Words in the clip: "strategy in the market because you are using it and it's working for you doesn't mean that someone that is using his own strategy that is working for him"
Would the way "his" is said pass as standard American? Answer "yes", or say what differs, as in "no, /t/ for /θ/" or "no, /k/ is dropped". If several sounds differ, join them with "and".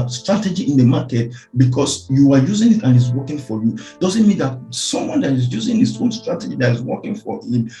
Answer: no, /s/ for /z/